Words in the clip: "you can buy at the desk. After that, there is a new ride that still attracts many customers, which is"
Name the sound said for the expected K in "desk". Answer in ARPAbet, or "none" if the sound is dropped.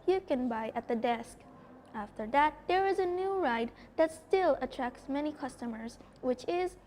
K